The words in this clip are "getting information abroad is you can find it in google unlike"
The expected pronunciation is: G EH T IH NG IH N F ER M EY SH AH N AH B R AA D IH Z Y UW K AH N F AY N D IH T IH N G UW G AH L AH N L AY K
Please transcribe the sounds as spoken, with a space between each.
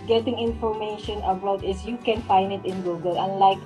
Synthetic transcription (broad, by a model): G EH T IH NG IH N F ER M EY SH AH N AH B AA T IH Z Y UW K AH N F AY N D IH T IH N G UW G AH L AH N L AY K